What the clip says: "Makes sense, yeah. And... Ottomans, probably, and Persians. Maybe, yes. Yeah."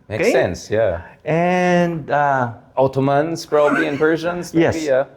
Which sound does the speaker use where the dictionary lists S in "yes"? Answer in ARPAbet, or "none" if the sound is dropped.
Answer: none